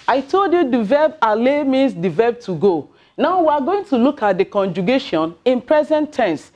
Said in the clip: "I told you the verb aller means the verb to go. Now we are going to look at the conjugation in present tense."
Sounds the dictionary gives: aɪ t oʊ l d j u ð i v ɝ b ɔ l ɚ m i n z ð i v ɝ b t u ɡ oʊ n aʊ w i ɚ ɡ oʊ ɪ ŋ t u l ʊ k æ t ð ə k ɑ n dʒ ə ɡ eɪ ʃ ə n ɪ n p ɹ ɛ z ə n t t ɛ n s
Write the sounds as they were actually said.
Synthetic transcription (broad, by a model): aɪ t oʊ l d j u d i v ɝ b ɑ l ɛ m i n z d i v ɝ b t u ɡ oʊ n aʊ w i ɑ ɡ oʊ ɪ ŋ t u l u k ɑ t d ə k ɑ n dʒ ə ɡ eɪ ʃ ə n ɪ n p ɹ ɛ z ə n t t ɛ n s